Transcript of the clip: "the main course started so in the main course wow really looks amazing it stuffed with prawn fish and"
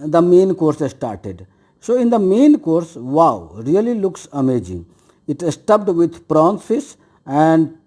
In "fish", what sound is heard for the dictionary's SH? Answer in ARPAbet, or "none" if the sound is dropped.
S